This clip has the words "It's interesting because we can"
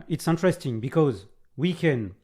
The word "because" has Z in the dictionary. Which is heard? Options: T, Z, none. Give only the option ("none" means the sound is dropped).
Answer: Z